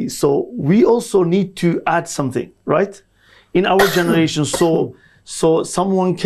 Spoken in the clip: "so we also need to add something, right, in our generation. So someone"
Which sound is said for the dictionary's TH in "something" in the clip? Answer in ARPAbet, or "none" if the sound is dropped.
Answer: TH